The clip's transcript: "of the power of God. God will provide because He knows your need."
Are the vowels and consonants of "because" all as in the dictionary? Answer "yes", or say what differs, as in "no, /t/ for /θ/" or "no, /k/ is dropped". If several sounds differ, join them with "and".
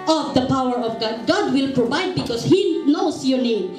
no, /s/ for /z/